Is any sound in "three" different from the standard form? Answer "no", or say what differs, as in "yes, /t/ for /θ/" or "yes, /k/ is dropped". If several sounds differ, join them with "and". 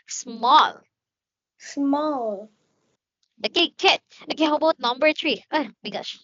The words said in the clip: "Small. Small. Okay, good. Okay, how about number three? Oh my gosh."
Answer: yes, /t/ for /θ/